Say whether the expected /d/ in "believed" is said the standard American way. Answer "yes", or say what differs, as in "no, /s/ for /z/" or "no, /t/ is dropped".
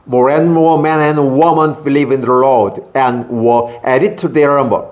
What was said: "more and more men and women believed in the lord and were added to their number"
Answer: no, /d/ is dropped